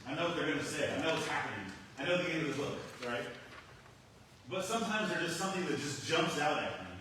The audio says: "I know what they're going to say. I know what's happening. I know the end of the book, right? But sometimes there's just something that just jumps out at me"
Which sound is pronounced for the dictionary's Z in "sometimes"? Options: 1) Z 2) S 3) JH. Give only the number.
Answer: 1